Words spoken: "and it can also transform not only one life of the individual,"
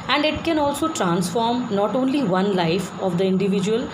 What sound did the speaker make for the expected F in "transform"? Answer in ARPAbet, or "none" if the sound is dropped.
F